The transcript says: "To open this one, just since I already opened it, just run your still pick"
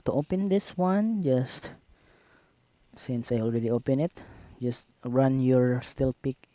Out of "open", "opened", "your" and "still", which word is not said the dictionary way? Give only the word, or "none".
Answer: opened